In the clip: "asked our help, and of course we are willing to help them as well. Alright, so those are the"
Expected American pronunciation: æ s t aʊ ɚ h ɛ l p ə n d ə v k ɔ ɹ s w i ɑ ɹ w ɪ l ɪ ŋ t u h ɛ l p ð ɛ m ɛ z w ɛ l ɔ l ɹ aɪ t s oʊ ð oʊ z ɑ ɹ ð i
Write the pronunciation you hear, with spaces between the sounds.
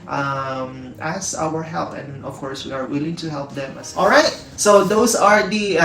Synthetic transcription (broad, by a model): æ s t aʊ ɚ h ɛ l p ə n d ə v k ɔ ɹ s w i ɑ ɹ w ɪ l ɪ ŋ t u h ɛ l p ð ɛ m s ɔ l ɹ aɪ t s oʊ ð oʊ s ɑ ɹ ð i